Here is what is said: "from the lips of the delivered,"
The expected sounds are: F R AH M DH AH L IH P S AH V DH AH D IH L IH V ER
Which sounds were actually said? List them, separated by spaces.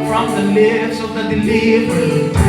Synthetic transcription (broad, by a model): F R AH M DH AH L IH S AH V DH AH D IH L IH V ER